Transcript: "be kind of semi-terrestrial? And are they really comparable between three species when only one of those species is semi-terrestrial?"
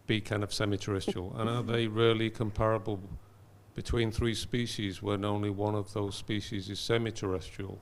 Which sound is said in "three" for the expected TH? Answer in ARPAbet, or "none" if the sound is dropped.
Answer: TH